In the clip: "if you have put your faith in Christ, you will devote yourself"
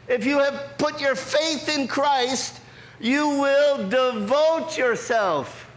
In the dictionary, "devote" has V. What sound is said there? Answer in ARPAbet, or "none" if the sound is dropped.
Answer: V